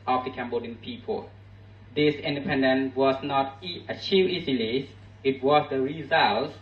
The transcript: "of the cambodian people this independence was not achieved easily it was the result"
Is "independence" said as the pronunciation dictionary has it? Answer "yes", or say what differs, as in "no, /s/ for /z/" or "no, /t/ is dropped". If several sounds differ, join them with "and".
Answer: no, /s/ is dropped